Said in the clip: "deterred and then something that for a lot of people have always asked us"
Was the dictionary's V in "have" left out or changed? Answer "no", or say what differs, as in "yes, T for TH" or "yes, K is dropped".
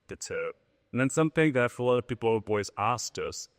yes, B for V